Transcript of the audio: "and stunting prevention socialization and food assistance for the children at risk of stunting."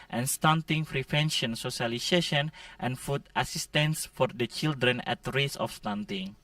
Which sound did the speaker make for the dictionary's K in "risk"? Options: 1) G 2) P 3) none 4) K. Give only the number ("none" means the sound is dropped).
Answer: 3